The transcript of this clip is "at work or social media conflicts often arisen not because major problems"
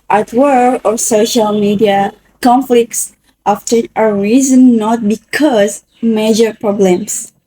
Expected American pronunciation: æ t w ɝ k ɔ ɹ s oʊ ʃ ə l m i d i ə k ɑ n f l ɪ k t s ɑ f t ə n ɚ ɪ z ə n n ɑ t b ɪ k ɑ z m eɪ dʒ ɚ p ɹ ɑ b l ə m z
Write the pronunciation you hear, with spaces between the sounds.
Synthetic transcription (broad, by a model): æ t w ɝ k ɔ ɹ s oʊ ʃ ə l m i d i ə k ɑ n f l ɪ k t s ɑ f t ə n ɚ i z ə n n ɑ t b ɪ k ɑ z m eɪ dʒ ɚ p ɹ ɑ b l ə m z